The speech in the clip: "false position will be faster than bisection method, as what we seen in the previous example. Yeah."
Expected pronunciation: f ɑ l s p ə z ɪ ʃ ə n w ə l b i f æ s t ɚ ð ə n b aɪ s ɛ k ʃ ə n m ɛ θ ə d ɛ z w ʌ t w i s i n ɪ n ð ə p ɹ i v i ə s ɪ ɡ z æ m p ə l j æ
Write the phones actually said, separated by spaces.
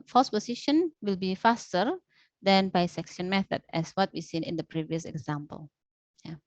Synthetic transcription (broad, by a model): f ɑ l s p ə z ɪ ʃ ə n w ə l b i f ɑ s t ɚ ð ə n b aɪ s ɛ k s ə n m ɛ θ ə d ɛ s w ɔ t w i s i n ɪ n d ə p ɹ i v i ə s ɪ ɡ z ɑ m p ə l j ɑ